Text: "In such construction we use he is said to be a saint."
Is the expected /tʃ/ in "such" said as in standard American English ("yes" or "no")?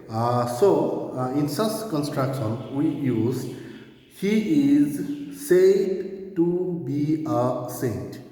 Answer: no